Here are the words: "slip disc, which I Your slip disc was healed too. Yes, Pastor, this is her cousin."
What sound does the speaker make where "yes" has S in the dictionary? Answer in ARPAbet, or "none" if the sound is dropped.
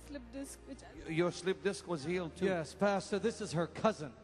S